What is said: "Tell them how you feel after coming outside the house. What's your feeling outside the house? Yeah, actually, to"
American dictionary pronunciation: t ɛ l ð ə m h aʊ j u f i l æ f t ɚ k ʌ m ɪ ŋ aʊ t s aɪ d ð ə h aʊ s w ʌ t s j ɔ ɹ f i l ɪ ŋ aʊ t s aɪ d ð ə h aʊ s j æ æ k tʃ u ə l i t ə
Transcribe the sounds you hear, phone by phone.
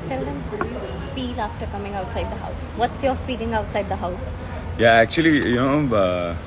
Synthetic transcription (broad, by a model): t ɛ l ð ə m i f i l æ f t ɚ k ʌ m ɪ ŋ aʊ t s aɪ d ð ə h aʊ s w ʌ t s j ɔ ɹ f i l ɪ ŋ aʊ t s aɪ d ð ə h aʊ s j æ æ k tʃ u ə l i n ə